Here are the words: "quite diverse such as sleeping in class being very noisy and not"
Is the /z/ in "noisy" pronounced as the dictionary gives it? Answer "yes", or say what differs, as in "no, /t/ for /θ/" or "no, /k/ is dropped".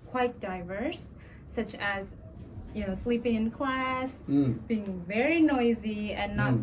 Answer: yes